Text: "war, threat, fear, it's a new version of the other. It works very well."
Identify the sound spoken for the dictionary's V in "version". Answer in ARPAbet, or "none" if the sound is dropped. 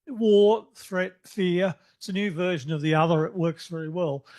V